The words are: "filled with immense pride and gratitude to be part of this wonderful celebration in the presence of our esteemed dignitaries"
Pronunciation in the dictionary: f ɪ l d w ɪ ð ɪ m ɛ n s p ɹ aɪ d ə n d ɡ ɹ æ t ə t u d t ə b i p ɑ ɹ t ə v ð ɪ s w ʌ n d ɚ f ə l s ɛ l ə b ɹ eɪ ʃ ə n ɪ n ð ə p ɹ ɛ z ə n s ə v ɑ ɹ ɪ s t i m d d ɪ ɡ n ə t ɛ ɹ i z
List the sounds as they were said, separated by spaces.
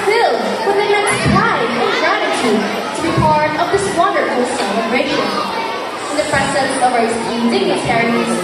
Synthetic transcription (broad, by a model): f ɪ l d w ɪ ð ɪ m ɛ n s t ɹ aɪ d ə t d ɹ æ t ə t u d t ə b i p ɑ ɹ t ə v ð ɪ s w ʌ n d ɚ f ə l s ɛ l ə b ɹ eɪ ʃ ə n ɪ n ð ə p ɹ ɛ s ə s ə v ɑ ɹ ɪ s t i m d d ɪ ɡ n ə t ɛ ɹ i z